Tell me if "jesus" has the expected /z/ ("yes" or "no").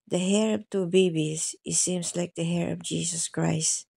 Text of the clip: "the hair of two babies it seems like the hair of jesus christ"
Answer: no